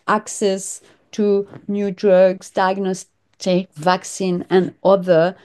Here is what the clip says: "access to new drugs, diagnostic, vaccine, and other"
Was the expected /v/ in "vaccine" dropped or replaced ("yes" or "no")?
no